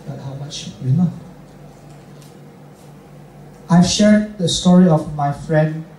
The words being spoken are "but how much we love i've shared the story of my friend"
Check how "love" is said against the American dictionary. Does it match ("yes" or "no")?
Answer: no